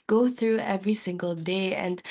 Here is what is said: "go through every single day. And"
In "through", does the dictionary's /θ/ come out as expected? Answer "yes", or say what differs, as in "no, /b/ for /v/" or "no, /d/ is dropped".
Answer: yes